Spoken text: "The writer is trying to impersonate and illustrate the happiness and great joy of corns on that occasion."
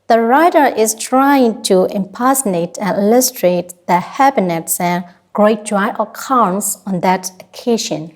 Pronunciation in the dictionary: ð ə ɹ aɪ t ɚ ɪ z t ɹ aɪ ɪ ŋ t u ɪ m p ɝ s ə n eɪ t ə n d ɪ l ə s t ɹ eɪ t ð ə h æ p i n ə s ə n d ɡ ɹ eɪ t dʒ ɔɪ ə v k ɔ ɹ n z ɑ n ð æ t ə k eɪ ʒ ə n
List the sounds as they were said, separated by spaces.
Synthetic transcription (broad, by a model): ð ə ɹ aɪ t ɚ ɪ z t ɹ aɪ ɪ ŋ t u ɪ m p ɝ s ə n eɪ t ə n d ɪ l ə s t ɹ eɪ t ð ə h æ b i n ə s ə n ɡ ɹ eɪ t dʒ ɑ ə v k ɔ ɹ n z ɑ n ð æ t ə k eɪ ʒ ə n